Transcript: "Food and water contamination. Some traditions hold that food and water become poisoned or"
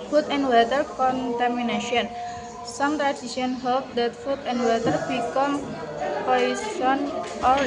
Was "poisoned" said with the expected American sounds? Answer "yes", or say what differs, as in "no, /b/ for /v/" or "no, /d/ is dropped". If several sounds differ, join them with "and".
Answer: no, /d/ is dropped